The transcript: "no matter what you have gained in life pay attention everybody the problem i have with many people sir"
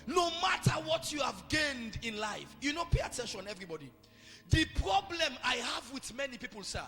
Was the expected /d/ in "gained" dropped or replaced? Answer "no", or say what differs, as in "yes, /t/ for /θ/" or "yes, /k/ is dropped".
no